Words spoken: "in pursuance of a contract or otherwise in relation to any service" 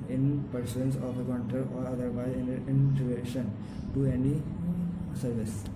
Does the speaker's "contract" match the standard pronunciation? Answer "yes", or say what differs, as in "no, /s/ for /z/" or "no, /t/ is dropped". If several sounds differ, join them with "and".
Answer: no, /ɹ/ is dropped and /k/ is dropped